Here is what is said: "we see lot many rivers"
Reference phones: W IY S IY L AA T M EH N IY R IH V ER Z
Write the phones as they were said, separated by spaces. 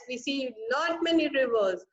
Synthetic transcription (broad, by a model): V IY S IY N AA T M EH N IY R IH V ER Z